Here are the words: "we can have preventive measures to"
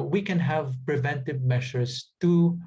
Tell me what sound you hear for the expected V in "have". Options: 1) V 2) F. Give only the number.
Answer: 1